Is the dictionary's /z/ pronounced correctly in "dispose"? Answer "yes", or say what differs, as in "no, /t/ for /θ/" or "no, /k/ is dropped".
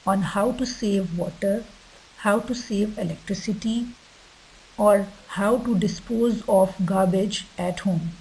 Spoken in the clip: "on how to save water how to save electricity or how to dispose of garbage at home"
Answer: yes